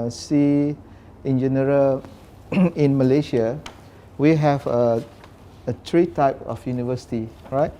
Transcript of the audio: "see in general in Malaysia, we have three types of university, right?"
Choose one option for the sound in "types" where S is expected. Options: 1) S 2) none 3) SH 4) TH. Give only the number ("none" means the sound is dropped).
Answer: 2